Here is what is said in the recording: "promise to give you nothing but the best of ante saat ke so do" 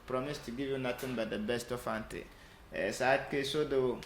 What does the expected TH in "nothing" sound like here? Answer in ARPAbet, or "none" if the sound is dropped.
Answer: T